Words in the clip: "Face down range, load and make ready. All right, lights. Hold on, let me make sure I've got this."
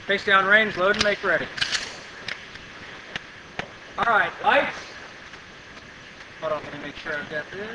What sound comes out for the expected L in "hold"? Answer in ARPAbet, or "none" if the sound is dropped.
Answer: none